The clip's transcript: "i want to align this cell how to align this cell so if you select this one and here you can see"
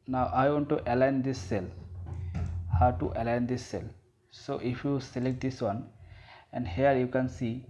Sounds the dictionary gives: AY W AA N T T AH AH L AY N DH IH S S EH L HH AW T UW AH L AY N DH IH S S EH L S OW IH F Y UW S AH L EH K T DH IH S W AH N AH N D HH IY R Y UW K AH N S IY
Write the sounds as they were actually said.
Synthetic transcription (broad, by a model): AY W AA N T T AH L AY N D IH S S EH L HH AW T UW AH L AY N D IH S S EH L S OW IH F Y UW S AH L EH K T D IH S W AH N AH N D HH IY R Y UW K AH N S IY